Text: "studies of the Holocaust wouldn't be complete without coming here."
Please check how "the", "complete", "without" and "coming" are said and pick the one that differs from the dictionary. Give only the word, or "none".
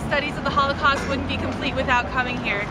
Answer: none